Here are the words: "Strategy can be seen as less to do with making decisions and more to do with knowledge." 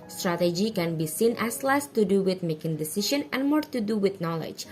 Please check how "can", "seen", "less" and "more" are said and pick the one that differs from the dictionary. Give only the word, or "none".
none